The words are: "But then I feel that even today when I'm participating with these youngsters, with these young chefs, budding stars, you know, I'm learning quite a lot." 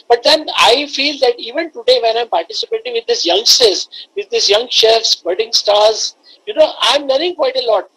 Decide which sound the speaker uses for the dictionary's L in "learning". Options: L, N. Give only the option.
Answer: N